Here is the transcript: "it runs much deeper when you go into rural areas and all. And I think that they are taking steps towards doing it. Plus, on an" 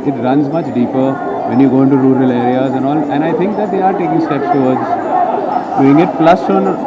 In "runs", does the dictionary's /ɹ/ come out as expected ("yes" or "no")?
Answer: yes